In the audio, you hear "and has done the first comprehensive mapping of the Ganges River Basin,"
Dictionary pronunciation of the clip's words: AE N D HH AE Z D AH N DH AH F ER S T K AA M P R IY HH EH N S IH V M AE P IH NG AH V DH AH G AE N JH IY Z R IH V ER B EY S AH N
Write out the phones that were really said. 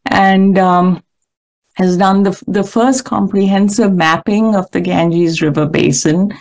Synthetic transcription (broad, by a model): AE N D HH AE Z D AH N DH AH F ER S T K AA M P R IY HH EH N S IH V M AE P IH NG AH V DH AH G AE N JH IY Z R IH V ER B EY S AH N